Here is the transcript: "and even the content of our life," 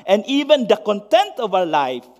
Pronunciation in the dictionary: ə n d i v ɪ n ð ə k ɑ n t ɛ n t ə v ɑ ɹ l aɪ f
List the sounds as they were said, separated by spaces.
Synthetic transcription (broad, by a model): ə n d i v ɪ n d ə k ɑ n t ɛ n t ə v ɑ w l aɪ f